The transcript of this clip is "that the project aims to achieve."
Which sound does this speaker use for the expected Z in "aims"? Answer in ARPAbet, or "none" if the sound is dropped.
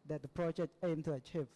none